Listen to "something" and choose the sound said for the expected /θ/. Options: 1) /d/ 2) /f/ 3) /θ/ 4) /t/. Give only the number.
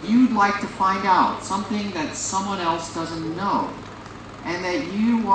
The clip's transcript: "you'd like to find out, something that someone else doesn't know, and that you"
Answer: 3